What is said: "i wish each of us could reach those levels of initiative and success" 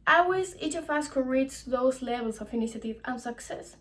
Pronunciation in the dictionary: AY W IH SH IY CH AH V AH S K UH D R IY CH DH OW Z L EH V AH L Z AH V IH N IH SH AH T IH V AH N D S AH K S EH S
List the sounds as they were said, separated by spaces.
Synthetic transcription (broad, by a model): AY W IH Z IY CH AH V AH S K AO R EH S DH OW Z L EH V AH L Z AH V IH N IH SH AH T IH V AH N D S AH K S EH S